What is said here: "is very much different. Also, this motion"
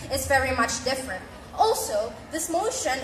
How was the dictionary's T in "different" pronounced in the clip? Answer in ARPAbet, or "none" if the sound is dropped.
T